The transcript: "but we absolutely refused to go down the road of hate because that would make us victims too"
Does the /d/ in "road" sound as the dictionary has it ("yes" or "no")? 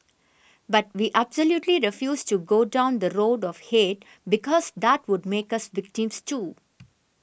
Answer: yes